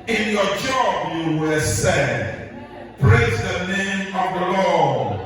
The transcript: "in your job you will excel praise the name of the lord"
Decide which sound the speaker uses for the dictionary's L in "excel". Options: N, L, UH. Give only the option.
N